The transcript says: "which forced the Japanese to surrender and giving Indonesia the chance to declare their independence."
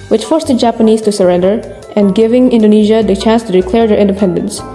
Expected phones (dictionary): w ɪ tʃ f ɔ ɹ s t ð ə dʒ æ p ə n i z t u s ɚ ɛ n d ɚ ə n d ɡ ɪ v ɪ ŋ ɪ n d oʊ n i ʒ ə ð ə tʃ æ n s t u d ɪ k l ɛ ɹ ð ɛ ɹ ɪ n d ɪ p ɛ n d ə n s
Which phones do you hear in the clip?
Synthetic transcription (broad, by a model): w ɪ tʃ f ɔ ɹ s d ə dʒ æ p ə n i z t u s ɚ ɛ n d ɚ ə n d ɡ ɪ v ɪ ŋ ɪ n d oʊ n i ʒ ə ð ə tʃ æ n s t u d ɪ k l ɛ ɹ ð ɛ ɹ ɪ n d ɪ p ɛ n d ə n s